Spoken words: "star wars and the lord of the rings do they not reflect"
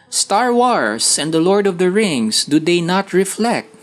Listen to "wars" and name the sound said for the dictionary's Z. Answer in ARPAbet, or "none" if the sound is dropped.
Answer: S